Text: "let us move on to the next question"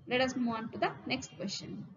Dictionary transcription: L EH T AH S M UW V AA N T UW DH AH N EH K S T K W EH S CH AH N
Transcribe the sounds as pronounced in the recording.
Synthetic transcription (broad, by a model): L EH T AH S M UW AA N T UW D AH N EH K S T K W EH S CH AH N